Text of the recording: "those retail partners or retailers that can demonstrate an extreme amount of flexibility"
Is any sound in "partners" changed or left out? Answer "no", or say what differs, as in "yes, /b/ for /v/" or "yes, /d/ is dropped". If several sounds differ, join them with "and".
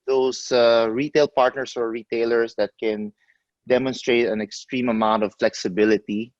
yes, /s/ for /z/